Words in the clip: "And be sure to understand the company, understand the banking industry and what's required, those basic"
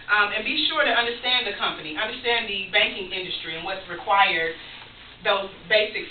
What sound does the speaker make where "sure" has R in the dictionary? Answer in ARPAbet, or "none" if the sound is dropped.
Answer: R